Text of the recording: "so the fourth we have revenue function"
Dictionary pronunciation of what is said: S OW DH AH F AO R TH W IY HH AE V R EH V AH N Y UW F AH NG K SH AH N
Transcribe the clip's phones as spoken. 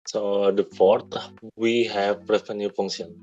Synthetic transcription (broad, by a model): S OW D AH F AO R T W IY HH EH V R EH F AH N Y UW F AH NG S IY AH N